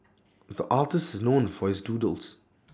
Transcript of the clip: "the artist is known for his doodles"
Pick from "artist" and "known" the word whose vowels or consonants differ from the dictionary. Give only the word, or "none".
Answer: artist